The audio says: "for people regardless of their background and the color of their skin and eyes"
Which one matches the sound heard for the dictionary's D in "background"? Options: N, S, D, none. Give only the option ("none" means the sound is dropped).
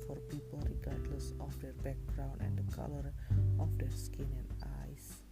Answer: none